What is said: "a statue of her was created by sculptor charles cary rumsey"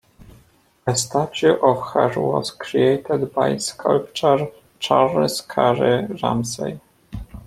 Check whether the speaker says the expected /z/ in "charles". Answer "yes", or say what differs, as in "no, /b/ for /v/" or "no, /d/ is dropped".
no, /s/ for /z/